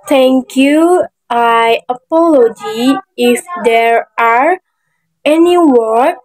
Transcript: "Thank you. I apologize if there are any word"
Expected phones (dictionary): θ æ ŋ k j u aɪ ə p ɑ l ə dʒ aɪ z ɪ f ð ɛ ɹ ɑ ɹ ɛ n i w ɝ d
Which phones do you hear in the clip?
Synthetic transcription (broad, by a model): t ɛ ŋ k j u aɪ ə p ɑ l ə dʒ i ɪ f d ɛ ɹ ɑ ɹ ɛ n i w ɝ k